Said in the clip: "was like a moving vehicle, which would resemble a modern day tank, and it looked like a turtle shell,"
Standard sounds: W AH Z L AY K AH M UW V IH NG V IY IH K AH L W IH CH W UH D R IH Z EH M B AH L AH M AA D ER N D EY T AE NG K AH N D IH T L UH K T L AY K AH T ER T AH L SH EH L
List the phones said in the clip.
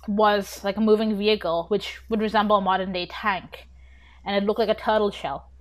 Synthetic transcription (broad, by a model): W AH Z L AY K AH M UW V IH NG V IY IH K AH L W IH CH W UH D R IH Z EH M B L AH M AA D ER N D EY T AE NG K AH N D IH T L UH K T L AY K AH T ER T L SH EH L